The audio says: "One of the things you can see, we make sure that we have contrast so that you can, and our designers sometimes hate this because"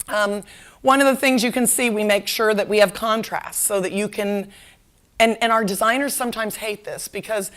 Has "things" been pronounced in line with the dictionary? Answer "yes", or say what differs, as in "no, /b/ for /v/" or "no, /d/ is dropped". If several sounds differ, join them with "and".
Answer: yes